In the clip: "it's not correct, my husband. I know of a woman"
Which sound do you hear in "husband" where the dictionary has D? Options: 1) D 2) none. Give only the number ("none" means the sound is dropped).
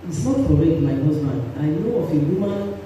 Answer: 2